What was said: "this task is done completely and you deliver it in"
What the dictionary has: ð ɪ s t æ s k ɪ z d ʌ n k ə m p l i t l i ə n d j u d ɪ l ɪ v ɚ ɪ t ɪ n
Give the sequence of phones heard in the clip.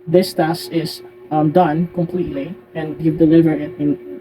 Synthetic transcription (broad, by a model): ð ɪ s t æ s ɪ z d ʌ n k ə m p l i t l i ə n d j u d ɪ l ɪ v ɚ ɪ t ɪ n